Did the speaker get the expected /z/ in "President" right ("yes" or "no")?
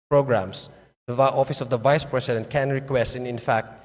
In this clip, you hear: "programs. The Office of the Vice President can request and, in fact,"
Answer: no